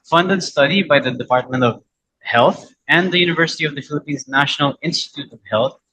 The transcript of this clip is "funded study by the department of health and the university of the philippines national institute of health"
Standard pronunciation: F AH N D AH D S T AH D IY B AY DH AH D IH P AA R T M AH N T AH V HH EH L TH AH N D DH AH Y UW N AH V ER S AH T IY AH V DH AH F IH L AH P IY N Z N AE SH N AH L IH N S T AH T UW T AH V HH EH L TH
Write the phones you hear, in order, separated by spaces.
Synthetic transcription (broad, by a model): F AH N D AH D S T AH D IY B AY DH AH D IH P AA R T M AH N T AH V HH EH L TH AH N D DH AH Y UW N AH V ER S AH T IY AH V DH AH F IH L AH P IY N Z N AE SH N AH L IH N S T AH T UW T AH V HH EH L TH